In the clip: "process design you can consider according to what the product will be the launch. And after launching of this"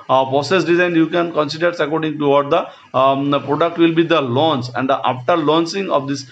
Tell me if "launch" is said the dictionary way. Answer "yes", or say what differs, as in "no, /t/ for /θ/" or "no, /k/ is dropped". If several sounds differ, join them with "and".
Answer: no, /s/ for /tʃ/